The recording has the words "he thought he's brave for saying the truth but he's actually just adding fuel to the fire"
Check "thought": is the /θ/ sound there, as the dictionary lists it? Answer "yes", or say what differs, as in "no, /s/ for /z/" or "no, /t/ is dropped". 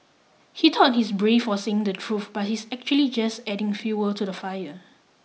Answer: no, /t/ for /θ/